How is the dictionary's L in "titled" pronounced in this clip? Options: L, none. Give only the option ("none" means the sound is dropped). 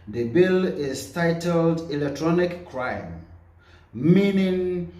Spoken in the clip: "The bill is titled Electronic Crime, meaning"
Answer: L